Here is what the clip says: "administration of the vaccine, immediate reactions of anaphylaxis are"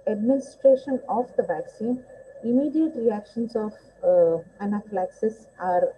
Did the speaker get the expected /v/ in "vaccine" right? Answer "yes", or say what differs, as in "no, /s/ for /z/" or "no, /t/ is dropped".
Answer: yes